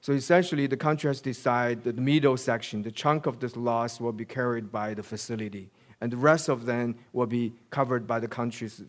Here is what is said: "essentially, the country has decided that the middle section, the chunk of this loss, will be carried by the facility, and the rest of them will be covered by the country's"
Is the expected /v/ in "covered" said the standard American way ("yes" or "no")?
yes